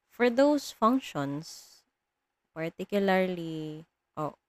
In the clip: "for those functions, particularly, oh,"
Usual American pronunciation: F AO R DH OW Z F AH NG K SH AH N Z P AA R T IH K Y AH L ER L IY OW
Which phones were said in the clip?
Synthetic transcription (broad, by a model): F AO R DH OW S F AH NG K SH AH N S P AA R T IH K Y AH L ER L IY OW